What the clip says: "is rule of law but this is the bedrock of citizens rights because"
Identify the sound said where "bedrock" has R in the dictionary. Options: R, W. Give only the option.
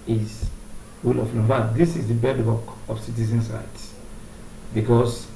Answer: W